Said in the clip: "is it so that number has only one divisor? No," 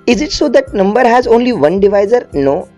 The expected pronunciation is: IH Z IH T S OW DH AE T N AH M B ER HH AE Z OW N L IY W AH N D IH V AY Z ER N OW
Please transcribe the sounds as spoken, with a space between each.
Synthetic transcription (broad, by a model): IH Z IH T S OW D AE T N AH M B ER HH AE Z OW N L IY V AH N D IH V AY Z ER N OW